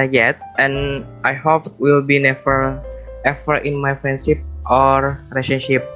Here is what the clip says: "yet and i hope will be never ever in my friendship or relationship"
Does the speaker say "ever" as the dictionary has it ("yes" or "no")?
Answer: no